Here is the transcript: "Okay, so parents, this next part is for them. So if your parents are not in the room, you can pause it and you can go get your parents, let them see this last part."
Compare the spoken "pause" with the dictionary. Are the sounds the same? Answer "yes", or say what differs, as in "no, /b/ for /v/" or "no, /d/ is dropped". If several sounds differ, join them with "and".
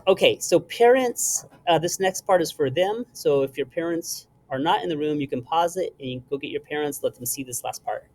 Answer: yes